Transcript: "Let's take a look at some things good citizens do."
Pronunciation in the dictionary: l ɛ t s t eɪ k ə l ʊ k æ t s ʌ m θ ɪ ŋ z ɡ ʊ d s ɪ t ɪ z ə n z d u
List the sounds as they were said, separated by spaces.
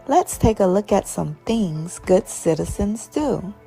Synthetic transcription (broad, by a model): l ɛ t s t eɪ k ə l ʊ k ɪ t s ʌ m θ ɪ ŋ z ɡ ʊ d s ɪ t ɪ z ə n z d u